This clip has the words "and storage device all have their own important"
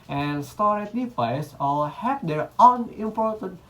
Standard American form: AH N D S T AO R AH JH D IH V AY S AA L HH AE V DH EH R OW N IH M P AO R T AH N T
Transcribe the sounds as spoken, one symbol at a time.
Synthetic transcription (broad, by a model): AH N S T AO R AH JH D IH P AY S AA L HH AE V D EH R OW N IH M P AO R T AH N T